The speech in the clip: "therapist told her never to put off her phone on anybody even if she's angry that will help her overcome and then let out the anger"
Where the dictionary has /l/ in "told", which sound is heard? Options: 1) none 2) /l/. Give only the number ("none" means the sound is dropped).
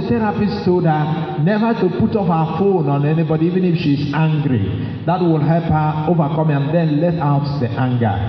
1